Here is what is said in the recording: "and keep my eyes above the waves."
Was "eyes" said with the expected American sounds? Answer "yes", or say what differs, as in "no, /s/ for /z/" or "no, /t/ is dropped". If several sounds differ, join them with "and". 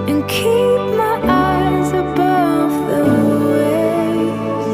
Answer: yes